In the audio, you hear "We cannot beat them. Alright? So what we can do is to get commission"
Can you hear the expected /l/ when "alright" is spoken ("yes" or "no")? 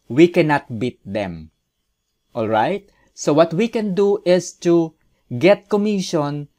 yes